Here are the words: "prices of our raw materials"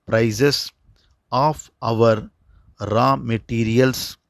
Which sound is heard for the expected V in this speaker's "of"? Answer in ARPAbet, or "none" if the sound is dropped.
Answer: V